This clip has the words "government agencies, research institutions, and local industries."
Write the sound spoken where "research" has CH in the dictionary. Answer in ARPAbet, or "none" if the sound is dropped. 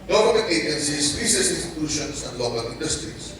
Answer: S